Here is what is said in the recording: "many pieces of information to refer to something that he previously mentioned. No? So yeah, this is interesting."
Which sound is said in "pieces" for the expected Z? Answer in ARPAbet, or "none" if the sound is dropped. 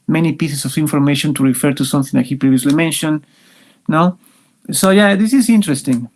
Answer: S